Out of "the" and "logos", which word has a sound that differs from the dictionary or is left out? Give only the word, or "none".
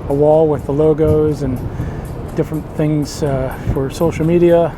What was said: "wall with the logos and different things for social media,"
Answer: none